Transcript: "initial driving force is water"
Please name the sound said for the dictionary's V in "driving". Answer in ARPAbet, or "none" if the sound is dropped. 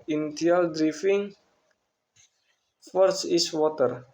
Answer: F